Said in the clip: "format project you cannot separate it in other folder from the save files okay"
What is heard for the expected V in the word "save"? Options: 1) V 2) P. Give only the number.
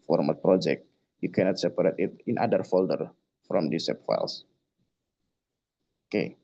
2